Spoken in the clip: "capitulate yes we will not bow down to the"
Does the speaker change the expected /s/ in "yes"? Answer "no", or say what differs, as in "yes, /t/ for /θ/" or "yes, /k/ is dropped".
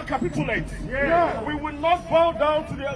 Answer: yes, /s/ is dropped